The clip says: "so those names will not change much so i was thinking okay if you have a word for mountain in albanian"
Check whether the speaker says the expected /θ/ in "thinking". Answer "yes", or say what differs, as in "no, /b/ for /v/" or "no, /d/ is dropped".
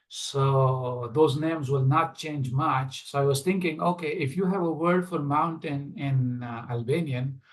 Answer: no, /t/ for /θ/